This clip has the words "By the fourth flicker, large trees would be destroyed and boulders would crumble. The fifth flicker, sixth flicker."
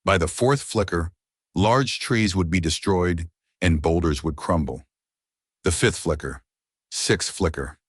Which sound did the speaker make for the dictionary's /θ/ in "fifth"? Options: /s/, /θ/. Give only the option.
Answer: /θ/